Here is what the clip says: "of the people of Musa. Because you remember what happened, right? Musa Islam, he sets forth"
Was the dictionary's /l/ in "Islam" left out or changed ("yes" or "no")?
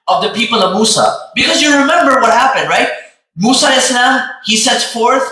yes